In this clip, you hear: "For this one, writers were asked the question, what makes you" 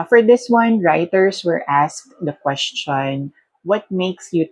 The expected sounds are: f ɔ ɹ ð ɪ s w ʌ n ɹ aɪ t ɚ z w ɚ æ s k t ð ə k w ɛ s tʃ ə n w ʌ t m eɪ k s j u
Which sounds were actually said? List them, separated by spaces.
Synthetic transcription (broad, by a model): f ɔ ɹ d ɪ s w ʌ n ɹ aɪ t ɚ s w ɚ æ s k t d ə k w ɛ s tʃ ə n w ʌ t m eɪ k s j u